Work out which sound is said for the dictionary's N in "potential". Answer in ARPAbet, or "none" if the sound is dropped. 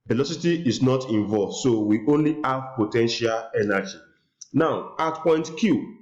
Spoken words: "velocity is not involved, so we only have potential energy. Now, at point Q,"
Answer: N